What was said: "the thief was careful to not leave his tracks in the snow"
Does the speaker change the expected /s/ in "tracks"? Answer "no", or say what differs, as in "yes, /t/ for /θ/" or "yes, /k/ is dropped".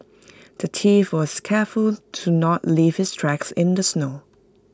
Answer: no